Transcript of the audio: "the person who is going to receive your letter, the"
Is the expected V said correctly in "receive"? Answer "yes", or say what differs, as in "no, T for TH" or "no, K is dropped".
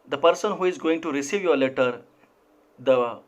yes